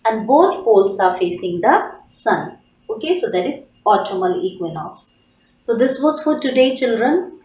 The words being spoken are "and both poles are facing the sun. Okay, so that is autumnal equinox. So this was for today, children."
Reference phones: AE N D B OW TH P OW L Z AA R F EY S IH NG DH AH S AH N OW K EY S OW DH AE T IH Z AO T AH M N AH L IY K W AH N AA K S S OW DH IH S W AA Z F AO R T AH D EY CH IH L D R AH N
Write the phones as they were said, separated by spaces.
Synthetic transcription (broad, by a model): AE N D B OW T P OW L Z AA R F EY S IH NG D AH S AH N OW K EY S OW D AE T IH Z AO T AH M AH L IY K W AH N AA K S S OW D IH S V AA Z F AO R T AH D EY CH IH L D R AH N